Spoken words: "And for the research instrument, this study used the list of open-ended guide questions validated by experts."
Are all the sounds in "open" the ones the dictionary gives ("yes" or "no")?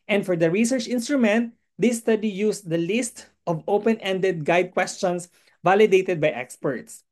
yes